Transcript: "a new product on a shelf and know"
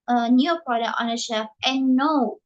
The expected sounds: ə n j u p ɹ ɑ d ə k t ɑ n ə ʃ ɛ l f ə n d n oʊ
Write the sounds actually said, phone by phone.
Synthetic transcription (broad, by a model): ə n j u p ɹ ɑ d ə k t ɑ n ə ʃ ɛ f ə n n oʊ